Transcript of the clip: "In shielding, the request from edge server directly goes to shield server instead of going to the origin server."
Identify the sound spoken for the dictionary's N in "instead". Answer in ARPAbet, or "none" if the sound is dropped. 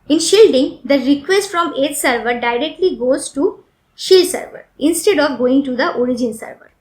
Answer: N